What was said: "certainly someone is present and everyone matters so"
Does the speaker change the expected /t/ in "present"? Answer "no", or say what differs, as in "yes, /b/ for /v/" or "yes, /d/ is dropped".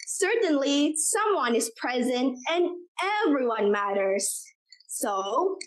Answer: no